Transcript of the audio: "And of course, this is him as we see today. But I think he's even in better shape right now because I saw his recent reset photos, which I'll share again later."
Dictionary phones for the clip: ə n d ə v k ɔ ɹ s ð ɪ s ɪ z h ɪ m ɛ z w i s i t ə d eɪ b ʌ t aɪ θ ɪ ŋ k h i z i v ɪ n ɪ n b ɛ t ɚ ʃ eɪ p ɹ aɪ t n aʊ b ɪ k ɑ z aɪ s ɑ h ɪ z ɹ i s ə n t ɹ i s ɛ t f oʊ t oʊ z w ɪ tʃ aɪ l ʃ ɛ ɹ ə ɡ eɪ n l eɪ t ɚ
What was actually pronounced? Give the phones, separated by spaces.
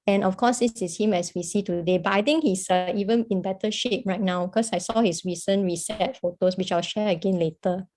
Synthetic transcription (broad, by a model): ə n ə f k ɔ s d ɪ s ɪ s h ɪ m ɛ s w i s i t ə d eɪ b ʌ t aɪ t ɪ ŋ k h i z i v ɪ n ɪ n b ɛ t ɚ ʃ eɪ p ɹ aɪ t n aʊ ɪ k ɑ s aɪ s ɑ h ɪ s ɹ i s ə n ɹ i s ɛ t f oʊ t oʊ s w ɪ tʃ aɪ l ʃ ɛ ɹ ə ɡ eɪ n l eɪ t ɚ